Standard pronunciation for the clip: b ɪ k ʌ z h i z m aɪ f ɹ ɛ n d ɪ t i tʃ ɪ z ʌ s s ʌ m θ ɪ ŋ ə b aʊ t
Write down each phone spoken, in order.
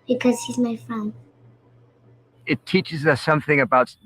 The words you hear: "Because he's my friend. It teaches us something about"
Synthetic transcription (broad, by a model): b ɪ k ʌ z h i z m aɪ f ɹ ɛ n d ɪ t i tʃ ɪ z ʌ s s ʌ m θ ɪ ŋ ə b aʊ t